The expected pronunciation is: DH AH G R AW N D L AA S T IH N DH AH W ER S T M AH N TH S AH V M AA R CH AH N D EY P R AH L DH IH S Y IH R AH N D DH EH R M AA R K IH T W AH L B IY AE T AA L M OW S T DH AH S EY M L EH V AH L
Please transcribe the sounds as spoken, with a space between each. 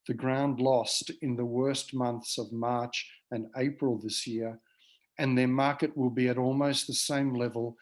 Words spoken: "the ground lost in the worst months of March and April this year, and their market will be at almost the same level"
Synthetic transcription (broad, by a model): DH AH G R AW N D L AA S T IH N DH AH W ER S T M AH N TH S AH V M AA R CH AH N EY P R AH L DH IH S Y IH R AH N DH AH R M AA R K IH T W AH L B IY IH T AA L M OW S T DH AH S EY M L EH V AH L